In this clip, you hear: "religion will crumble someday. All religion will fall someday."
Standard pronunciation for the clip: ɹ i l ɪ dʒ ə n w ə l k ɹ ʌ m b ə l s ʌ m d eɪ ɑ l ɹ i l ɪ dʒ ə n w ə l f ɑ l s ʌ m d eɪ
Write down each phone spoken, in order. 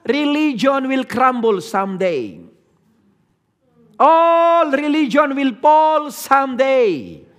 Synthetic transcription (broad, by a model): ɹ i l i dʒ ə n w ə l k ɹ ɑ m b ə l s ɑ m d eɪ ɑ l ɹ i l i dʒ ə n w ə l p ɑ l s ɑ m d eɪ